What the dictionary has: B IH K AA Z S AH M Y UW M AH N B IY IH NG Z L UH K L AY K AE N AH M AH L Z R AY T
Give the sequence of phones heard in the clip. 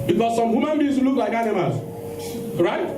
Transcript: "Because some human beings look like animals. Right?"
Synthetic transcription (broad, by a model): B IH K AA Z S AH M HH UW M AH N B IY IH L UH K L AY K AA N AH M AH Z R AY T